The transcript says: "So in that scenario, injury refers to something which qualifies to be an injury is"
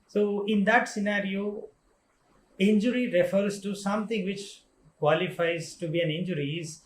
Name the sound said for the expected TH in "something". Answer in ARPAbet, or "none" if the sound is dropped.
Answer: T